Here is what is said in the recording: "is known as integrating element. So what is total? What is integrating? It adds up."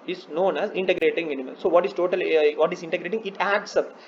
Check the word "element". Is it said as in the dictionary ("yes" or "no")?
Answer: no